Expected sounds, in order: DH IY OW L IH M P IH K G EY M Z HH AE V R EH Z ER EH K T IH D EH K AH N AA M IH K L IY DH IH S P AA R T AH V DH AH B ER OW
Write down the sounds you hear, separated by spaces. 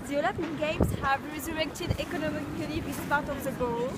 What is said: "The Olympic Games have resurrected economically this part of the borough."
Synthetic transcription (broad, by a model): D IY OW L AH P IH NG G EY M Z HH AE V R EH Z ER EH K T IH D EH K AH N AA M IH K L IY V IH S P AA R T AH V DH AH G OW